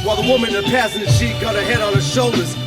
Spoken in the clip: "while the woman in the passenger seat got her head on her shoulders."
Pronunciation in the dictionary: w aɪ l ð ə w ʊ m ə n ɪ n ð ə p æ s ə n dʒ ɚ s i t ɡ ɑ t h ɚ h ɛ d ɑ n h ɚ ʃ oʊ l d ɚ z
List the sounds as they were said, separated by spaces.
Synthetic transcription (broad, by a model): w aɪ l ð ə w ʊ m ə ɪ n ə p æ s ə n ɚ ʃ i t ɡ ɑ t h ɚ h ɛ d n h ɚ ʃ oʊ l d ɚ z